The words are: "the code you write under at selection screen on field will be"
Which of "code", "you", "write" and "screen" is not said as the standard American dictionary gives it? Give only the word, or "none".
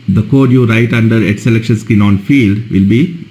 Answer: screen